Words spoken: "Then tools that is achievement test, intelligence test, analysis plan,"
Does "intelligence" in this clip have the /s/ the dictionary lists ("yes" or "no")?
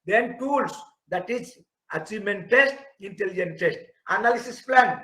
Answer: no